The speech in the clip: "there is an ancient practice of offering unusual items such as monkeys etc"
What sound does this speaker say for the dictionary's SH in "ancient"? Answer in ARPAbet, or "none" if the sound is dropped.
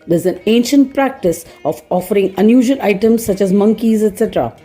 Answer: SH